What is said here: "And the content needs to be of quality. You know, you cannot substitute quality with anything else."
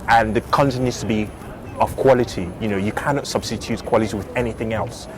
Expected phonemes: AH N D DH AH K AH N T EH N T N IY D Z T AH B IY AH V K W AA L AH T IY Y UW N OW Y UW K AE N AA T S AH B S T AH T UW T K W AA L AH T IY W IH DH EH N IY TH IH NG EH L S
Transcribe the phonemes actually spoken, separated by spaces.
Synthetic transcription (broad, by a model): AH N DH AH K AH N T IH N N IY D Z T AH B IY AH V K W AA L AH T IY Y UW N OW Y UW K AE N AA T S AH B S T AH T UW T K W AA L AH T IY W IH DH EH N IY TH IH NG EH L S